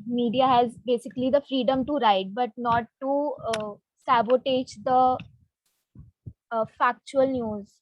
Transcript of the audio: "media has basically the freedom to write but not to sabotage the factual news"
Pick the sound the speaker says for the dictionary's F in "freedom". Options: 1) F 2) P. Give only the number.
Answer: 1